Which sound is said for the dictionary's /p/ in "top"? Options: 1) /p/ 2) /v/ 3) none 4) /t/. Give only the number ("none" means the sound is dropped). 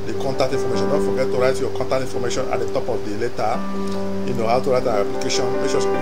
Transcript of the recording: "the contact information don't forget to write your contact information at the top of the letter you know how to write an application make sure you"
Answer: 1